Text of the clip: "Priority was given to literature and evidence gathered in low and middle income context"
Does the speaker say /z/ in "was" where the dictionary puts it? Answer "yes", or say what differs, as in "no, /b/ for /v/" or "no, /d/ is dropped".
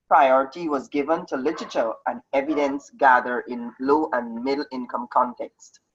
yes